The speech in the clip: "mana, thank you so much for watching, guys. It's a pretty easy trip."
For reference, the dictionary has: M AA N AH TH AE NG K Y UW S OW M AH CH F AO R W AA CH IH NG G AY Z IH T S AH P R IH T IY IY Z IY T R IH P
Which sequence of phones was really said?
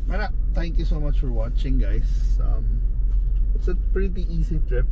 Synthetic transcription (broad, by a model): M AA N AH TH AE NG K Y UW S OW M AH CH F AO R W AA CH IH NG G AY S IH T S AH P R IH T IY IY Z IY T R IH P